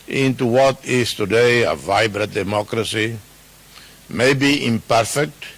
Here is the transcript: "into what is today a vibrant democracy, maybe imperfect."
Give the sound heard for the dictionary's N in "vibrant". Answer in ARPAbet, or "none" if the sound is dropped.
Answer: none